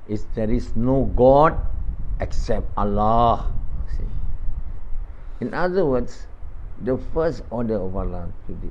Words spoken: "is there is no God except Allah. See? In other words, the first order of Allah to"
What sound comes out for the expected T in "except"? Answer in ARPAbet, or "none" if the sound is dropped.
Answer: T